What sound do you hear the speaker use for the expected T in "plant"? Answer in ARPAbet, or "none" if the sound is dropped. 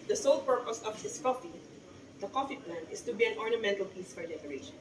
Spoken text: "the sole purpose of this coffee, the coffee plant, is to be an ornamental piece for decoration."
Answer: none